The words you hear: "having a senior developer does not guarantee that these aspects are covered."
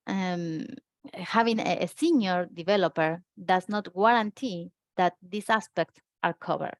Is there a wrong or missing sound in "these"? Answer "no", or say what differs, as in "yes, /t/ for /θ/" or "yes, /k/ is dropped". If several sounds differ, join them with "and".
yes, /s/ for /z/